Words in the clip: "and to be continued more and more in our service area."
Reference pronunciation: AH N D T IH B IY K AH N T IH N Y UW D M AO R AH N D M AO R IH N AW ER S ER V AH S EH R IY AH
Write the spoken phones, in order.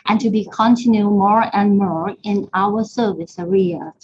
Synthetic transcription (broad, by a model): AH N T IH B IY K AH N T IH N Y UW M AO R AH N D M AO R IH N AW ER S ER V AH S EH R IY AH